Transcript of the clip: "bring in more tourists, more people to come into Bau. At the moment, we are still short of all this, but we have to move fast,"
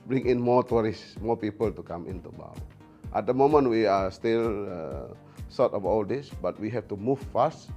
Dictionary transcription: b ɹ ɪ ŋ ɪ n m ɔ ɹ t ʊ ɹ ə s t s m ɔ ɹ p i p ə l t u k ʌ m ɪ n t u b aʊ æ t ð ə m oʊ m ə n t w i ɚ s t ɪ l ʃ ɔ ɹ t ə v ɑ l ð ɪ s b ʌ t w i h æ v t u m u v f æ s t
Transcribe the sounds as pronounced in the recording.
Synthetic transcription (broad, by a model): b ɹ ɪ ŋ ɪ n m ɔ t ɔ ɹ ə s s m ɔ p i p ə l t u k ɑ m ɪ n t u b aʊ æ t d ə m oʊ m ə n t w i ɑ s t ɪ l s ɔ t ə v ɑ l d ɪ s b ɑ t w i h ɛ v t u m u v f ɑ s t